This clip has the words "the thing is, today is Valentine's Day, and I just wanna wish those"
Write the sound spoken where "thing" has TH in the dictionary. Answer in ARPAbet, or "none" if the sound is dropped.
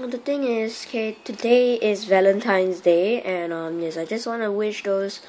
T